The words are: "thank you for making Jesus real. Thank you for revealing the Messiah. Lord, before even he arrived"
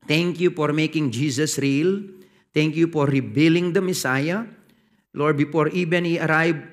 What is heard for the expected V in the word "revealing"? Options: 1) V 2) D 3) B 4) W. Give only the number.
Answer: 3